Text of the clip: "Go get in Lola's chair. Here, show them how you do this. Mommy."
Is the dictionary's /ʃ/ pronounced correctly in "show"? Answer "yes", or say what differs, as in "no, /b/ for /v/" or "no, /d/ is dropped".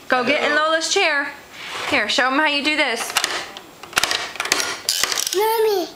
yes